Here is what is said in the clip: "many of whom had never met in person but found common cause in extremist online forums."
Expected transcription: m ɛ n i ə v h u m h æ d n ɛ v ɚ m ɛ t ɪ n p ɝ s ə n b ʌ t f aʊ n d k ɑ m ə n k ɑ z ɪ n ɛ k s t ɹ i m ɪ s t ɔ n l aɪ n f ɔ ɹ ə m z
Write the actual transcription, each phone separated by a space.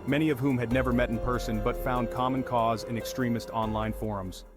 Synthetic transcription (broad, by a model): m ɛ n i ə v h u m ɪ d n ɛ v ɚ m ɛ t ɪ n p ɝ s ə n b ʌ t f aʊ n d k ɑ m ə n k ɑ z ɪ n ɛ k s t ɹ i m ɪ s t ɔ n l aɪ n f ɔ ɹ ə m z